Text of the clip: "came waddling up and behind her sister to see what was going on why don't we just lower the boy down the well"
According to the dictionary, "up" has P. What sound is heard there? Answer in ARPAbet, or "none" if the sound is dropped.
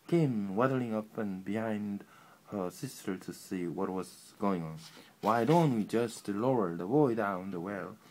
P